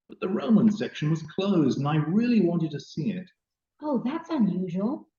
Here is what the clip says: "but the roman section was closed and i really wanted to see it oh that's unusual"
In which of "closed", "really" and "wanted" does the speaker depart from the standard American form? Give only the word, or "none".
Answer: none